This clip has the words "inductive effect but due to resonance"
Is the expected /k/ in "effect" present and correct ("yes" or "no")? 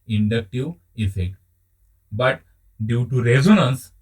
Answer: yes